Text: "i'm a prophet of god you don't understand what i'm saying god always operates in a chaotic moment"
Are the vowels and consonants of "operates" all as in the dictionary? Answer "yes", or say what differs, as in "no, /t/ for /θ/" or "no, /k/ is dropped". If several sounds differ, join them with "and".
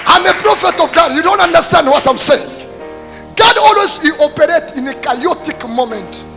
no, /s/ is dropped